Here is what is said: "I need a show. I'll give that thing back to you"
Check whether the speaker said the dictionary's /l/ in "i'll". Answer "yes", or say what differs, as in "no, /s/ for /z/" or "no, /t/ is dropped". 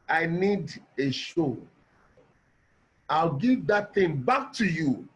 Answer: yes